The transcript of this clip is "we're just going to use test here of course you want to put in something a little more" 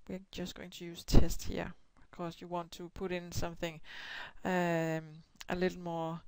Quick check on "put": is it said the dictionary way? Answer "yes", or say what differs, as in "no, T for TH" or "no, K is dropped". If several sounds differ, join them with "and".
yes